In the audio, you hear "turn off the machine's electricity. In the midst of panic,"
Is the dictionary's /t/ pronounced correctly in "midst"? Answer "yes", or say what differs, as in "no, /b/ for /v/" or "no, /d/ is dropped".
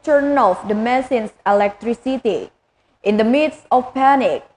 no, /t/ is dropped